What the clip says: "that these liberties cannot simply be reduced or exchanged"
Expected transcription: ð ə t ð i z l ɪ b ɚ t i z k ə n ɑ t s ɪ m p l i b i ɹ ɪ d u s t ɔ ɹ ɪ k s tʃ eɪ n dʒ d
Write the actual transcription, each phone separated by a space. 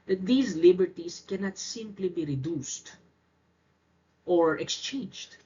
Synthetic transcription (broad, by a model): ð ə t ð i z l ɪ b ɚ t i s k ə n ɑ t s ɪ m p l i b i ɹ ɪ d u s t ɔ ɹ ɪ k s tʃ eɪ n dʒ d